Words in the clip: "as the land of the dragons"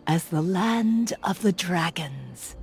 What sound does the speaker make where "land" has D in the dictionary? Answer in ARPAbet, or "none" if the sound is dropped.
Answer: D